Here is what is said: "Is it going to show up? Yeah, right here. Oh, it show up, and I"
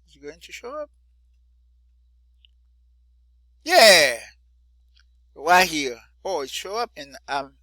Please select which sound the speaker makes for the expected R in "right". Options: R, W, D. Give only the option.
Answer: W